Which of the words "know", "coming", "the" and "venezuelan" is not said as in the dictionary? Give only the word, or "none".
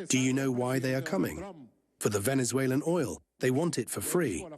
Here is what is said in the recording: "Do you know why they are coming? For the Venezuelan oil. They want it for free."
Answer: none